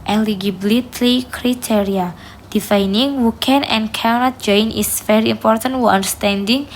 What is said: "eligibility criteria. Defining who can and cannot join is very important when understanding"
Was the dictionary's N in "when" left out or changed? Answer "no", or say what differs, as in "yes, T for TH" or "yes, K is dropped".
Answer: yes, N is dropped